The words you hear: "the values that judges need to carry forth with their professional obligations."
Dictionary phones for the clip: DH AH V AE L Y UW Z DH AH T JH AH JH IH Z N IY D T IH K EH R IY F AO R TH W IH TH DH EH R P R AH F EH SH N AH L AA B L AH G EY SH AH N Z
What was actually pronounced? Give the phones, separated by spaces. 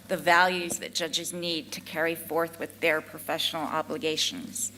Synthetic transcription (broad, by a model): DH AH V AE L Y UW Z DH AH T JH AH JH IH Z N IY D T IH K EH R IY F AO R TH W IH DH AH R P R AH F EH SH N L AA B L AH G EY SH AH N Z